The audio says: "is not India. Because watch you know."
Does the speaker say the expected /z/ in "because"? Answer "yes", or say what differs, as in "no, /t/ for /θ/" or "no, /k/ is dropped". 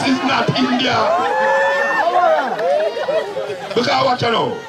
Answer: no, /z/ is dropped